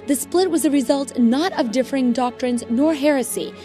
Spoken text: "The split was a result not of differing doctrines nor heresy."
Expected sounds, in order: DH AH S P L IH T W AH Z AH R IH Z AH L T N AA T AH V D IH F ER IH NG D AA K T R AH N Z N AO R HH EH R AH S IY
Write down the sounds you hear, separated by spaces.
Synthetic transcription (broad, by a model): DH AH S P L IH T W AH Z AH R IH Z AH L T N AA T AH V D IH F ER IH NG D AA K T R AH N Z N AO R HH EH R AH S IY